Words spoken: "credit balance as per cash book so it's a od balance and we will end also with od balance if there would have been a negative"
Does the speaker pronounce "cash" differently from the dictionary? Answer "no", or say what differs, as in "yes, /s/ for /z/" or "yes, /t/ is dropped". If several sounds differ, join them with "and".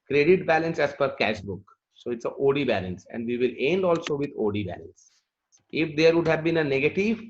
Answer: no